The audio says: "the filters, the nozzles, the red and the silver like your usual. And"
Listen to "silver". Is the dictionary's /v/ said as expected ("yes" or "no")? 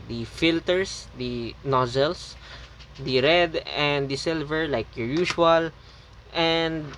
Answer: yes